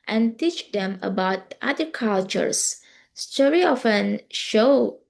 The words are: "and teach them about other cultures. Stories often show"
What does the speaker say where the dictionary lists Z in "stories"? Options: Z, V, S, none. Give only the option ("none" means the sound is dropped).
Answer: none